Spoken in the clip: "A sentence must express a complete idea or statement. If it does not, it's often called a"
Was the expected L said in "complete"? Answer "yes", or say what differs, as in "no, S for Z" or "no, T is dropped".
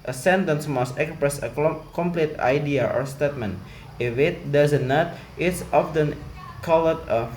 yes